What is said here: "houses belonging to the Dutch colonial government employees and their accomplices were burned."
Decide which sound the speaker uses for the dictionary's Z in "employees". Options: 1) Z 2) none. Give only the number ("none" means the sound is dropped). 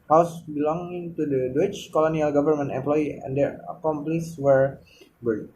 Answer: 2